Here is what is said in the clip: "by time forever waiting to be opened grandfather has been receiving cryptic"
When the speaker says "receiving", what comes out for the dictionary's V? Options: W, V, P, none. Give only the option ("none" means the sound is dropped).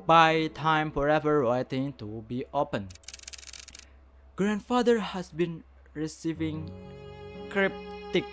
V